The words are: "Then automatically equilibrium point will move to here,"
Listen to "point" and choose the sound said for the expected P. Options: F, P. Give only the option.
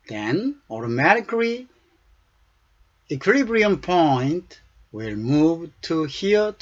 P